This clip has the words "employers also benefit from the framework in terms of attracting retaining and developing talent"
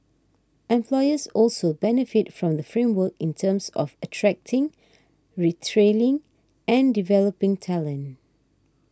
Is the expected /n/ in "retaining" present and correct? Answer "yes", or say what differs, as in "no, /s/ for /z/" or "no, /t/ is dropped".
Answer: no, /l/ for /n/